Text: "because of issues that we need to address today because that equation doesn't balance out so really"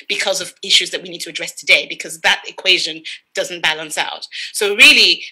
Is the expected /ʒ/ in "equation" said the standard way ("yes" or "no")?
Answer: yes